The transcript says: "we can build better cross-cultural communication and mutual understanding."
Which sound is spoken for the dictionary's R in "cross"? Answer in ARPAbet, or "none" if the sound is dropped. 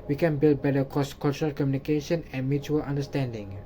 none